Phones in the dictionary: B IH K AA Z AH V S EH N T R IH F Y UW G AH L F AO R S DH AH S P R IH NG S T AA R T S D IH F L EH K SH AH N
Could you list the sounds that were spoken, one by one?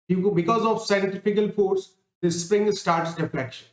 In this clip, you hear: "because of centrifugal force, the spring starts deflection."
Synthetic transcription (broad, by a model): B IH K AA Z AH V S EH N T IH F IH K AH L F AO R S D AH S P R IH NG S T AA R T S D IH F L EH K SH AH N